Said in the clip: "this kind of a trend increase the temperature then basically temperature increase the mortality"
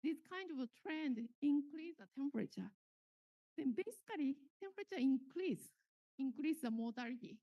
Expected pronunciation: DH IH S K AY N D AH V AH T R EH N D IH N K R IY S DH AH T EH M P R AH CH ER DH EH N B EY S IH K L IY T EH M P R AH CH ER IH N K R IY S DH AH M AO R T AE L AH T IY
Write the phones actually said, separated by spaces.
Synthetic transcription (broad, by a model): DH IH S K AY N D AH V T R EH N D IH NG K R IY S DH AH T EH M P R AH CH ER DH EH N B EY S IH K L IY T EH M P R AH CH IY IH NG K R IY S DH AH M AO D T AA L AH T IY